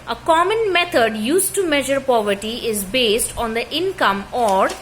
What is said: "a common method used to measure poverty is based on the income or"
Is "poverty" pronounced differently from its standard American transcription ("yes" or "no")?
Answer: no